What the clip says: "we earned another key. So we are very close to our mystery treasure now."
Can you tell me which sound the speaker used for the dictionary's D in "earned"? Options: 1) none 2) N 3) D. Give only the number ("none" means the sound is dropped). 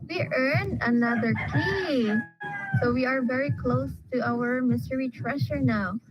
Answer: 1